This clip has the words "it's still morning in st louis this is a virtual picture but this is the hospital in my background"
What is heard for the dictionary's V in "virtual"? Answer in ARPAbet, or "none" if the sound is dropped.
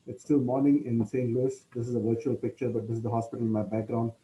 V